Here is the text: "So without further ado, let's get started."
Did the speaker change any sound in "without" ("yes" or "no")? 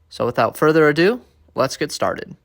no